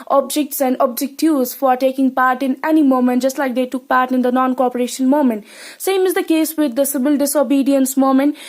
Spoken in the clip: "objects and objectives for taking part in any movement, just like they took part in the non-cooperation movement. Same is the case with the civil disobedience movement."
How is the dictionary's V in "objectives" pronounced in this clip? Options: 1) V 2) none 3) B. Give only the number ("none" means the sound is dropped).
2